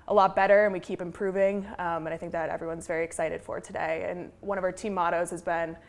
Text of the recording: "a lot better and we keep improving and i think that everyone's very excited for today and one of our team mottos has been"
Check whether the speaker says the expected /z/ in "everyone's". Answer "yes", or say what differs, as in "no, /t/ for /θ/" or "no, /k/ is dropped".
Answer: yes